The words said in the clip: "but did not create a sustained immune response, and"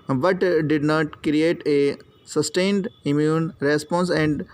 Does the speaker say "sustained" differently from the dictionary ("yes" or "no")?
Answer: no